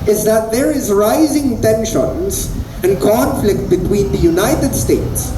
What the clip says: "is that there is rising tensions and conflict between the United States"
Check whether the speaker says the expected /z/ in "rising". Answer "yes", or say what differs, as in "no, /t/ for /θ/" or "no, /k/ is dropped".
yes